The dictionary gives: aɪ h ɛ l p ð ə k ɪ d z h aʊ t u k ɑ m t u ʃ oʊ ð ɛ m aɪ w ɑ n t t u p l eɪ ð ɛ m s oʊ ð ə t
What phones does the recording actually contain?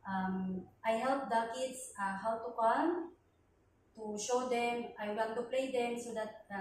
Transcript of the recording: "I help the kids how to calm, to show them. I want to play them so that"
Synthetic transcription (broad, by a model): aɪ h ɛ l p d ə k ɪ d s h aʊ t u k ɑ m t u ʃ oʊ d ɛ m aɪ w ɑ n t t u p l eɪ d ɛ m s oʊ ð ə t